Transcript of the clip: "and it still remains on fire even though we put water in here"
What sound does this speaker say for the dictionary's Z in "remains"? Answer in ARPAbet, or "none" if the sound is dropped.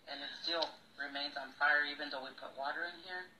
Z